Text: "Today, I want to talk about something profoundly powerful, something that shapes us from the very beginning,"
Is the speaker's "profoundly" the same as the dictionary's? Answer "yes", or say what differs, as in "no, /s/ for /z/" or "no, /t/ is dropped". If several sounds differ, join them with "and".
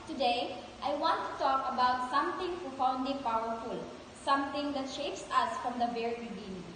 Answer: no, /l/ is dropped